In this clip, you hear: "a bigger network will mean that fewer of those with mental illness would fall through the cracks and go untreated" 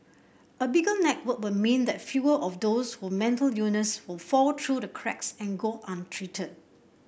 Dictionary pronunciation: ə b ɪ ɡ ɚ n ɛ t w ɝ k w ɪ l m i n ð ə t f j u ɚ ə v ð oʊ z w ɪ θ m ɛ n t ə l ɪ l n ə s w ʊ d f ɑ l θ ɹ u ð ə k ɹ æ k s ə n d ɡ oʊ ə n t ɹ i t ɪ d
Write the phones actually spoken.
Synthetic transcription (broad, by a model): ə b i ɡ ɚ n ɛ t w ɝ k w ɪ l m i n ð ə t f j u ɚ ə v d oʊ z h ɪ m ɛ n t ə l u n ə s w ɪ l f ɑ l t ɹ u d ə k ɹ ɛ k s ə n ɡ oʊ ə n t ɹ i t ɪ d